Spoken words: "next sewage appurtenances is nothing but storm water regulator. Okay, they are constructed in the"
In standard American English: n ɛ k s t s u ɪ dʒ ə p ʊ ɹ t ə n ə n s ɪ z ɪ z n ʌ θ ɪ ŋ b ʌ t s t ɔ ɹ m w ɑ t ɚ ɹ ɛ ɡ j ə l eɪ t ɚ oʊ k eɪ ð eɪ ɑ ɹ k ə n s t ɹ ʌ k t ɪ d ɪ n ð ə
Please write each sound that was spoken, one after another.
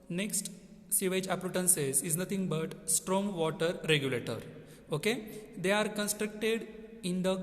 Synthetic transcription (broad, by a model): n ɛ k s t s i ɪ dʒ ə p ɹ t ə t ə n s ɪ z ɪ z n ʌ t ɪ ŋ b ʌ t s t ɔ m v ɑ t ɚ ɹ ɛ ɡ j ə l eɪ t ɚ oʊ k eɪ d eɪ ɑ ɹ k ə n s t ɹ ʌ k t ɪ d ɪ n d ə